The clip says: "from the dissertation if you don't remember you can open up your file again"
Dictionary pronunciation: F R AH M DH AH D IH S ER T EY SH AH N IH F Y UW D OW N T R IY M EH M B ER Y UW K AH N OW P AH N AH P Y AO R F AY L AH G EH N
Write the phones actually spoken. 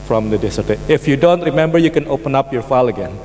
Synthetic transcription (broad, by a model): F R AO M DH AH D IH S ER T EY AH IH F Y UW D OW N T R IY M EH M B ER Y UW K AH N OW P AH N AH P Y AO R F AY L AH G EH N